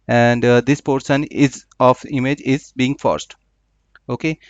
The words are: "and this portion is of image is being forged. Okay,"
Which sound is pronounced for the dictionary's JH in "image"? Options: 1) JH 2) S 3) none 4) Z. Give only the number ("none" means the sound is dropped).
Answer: 1